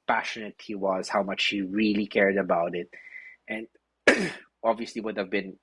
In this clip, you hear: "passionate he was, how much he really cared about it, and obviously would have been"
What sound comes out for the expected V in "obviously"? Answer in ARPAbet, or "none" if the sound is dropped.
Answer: V